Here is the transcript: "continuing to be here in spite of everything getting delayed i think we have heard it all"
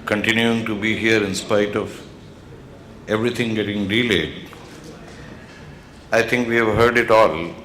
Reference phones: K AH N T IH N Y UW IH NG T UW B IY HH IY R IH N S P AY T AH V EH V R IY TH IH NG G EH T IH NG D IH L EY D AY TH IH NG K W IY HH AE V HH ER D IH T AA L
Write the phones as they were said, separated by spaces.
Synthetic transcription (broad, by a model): K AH N T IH N Y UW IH NG T UW B IY HH IY R IH N S P AY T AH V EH V R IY T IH NG G EH T IH NG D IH L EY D AY T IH NG K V IY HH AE V HH ER D IH T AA L